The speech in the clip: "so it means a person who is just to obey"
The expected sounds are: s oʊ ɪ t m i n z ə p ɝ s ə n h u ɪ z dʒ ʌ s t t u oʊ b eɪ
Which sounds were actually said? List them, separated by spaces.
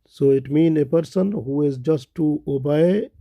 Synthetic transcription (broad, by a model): s oʊ ɪ t m i n ə p ɝ s ə n h u ɪ z dʒ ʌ s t t u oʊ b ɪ